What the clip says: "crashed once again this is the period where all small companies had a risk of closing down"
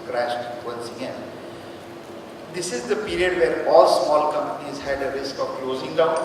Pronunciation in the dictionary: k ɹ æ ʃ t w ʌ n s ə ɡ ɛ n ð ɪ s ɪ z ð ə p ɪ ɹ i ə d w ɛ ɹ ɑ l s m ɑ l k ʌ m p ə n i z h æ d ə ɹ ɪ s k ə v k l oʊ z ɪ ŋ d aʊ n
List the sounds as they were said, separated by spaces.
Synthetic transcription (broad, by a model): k ɹ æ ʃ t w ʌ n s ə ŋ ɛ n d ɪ s ɪ z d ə p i ɹ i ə d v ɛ ɹ ɑ l s m ɑ l k ʌ m p ə n i z h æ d ə ɹ ɪ s k ə v k l oʊ z ɪ ŋ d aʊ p